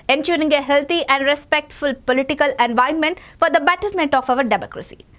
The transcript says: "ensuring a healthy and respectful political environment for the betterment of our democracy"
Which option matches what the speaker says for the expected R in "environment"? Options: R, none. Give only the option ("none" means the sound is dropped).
none